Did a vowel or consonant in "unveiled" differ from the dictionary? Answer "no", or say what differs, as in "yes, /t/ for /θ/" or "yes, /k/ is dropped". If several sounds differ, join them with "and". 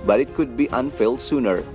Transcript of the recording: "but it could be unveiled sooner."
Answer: yes, /f/ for /v/